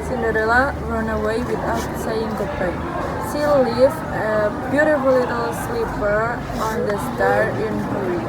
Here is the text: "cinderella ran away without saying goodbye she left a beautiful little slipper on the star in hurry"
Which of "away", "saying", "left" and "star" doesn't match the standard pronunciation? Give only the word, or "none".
left